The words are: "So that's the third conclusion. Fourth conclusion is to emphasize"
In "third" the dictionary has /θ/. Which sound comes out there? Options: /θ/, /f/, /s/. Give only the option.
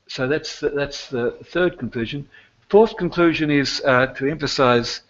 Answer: /θ/